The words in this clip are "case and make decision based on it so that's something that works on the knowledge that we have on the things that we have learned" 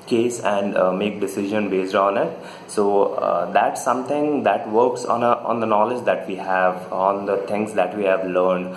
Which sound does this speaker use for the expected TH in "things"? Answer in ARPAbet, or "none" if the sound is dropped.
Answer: T